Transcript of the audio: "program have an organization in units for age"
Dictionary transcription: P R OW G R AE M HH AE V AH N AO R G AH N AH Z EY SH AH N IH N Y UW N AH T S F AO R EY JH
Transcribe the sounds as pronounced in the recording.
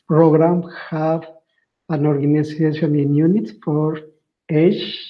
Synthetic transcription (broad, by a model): P R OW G R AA M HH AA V AH N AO R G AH N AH S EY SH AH N IH N Y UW N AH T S F AO R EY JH